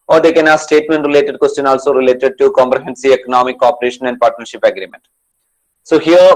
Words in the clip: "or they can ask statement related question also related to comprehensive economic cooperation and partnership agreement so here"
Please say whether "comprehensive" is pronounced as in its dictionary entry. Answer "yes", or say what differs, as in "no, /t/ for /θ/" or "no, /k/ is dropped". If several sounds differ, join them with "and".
no, /v/ is dropped